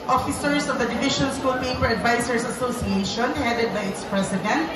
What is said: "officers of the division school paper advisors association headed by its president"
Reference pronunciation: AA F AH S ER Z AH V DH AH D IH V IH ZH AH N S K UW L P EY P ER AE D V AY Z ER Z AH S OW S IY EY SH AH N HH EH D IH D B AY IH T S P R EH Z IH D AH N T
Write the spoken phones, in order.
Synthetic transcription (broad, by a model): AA F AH S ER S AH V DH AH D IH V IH SH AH N S K UW L P EY P ER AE D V AY S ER S AH S OW S IY EY SH AH N HH EH D IH D B AY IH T S P R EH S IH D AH N T